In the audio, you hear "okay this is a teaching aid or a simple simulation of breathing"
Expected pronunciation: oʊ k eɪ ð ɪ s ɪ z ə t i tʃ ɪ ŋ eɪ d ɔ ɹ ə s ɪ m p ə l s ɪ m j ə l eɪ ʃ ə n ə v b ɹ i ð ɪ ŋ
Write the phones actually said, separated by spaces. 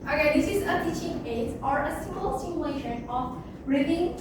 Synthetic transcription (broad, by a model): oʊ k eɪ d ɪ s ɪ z ə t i tʃ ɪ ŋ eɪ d ɔ ɹ ə s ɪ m ə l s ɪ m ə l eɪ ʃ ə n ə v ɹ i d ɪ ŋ